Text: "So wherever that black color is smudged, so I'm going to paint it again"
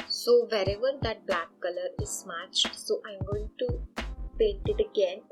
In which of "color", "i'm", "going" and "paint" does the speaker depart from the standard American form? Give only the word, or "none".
paint